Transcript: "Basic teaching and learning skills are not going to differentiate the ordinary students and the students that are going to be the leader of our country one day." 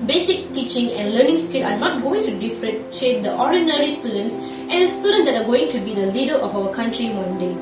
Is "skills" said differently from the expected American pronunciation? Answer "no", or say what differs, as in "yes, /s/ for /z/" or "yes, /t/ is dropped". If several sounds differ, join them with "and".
yes, /z/ is dropped